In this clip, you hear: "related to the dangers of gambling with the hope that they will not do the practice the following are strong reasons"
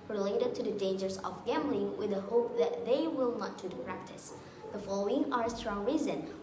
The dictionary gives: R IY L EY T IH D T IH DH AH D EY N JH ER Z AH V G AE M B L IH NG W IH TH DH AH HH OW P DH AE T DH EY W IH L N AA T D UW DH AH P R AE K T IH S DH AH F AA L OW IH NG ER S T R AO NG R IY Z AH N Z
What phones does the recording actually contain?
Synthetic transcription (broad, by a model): R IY L EY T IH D T IH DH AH D EY N JH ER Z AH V G AE M B L IH NG W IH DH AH HH OW P DH AE T DH EY W IH L N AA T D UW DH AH P R AE K T IH S DH AH F AA L OW IH NG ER S T R AO NG R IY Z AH N